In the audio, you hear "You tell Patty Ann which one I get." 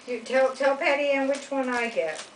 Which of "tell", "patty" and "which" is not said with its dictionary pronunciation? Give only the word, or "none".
none